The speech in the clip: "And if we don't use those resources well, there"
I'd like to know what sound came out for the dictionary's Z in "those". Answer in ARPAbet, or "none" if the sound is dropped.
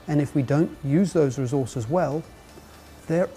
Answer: Z